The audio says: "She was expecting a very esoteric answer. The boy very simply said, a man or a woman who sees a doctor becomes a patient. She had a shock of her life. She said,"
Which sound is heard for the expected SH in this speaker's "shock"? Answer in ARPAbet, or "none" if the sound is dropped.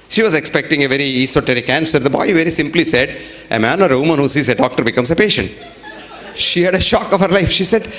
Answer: SH